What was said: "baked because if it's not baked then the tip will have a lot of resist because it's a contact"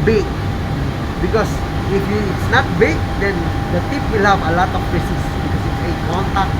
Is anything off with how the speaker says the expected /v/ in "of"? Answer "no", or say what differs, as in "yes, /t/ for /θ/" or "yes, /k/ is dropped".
yes, /p/ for /v/